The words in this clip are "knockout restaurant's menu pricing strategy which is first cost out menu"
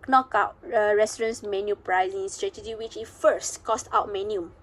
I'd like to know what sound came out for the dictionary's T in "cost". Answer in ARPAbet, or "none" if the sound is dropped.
T